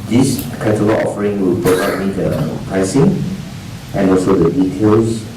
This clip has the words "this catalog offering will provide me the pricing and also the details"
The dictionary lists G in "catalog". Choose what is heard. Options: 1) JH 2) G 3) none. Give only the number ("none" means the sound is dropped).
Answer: 3